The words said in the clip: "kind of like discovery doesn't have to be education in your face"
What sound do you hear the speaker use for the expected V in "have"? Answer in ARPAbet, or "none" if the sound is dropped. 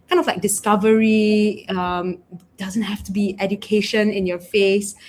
F